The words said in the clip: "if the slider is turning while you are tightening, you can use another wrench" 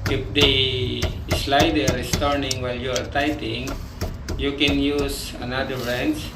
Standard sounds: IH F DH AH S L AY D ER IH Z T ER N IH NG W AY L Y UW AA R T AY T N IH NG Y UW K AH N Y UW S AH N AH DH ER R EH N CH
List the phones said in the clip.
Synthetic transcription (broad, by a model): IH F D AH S L AY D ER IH S T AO N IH NG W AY L Y UW AA R T AY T IH NG Y UW K AH N Y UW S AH N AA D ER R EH N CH